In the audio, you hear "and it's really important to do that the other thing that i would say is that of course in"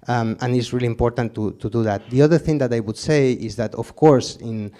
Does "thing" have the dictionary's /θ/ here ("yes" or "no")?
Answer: yes